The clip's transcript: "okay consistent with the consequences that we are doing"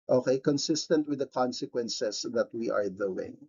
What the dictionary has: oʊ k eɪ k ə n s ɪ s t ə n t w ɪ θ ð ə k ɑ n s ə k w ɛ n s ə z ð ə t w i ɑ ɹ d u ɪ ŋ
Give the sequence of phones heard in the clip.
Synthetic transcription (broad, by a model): oʊ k eɪ k ə n s ɪ s t ə n t w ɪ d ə k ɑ n s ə k w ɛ n s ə s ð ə t w i ɑ ɹ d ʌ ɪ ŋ